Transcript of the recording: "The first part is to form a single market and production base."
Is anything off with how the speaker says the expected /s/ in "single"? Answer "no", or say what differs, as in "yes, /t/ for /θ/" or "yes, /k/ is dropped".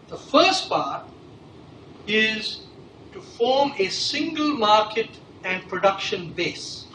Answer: no